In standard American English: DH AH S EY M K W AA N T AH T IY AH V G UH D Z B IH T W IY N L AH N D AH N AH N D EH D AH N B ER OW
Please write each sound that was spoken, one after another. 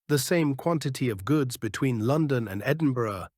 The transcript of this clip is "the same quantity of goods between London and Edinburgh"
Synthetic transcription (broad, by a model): DH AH S EY M K W AA N T AH T IY AH V G UH D Z B IH T W IY N L AH N D AH N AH N EH D N B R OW